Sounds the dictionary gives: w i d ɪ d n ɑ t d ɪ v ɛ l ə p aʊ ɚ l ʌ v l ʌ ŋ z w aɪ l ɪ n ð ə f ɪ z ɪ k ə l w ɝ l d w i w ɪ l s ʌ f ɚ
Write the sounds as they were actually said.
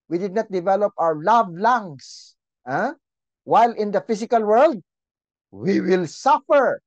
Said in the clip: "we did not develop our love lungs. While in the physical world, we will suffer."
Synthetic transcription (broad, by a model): w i d ɪ d n ɑ t d ɪ v ɛ l ə p aʊ ɚ l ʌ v l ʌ ŋ s w aɪ l ɪ n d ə f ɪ s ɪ k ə l w ɝ l d w i w ɪ l s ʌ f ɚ